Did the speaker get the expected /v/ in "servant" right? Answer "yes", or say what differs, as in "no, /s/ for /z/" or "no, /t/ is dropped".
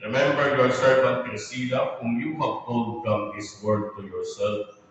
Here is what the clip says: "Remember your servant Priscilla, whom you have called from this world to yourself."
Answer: no, /f/ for /v/